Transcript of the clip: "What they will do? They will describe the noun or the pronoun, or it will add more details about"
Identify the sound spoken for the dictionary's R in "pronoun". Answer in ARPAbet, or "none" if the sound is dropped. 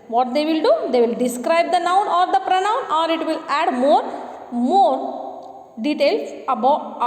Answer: R